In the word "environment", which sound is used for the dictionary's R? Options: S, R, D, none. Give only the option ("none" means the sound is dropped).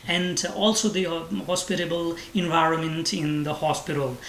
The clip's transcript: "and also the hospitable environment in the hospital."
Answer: R